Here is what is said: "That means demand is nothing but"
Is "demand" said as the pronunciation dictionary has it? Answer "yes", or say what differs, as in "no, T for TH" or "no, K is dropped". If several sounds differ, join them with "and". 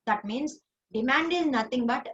yes